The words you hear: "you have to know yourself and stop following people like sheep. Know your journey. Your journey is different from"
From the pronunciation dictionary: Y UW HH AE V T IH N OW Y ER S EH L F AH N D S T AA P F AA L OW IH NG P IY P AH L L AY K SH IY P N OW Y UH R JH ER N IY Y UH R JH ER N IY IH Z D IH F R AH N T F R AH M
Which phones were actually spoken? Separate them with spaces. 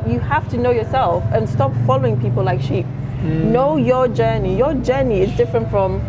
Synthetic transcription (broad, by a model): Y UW HH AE F T IH N OW Y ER S EH L F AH N S T AA P F AA L OW IH NG P IY P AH L L AY K SH IY P N OW Y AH R JH ER N IY Y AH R JH ER N IY IH Z D IH F R AH N T F R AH M